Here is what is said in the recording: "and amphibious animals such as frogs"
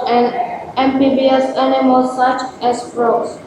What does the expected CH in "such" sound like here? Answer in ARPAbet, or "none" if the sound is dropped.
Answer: CH